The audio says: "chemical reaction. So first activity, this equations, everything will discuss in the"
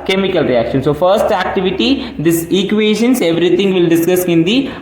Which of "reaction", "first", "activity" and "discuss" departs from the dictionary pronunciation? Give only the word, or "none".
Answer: none